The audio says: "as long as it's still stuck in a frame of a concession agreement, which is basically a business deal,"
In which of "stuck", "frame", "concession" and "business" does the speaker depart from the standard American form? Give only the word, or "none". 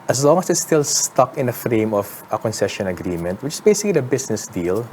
business